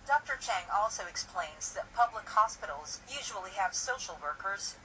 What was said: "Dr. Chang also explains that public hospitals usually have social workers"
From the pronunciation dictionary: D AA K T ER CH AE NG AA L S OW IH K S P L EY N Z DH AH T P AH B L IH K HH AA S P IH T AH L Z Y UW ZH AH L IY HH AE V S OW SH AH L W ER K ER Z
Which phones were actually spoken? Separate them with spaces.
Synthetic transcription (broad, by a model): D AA K T ER CH AE NG AA L S OW IH K S P L EY N Z DH AH T P AH B L IH K HH AA S P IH T L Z Y UW ZH AH L IY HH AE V S OW SH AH L W ER K ER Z